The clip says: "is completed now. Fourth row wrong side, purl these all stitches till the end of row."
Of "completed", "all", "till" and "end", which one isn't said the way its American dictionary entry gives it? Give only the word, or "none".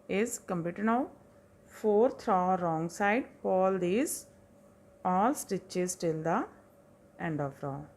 completed